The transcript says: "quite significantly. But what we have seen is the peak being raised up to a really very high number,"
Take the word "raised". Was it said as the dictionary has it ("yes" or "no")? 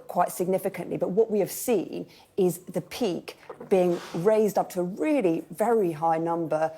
yes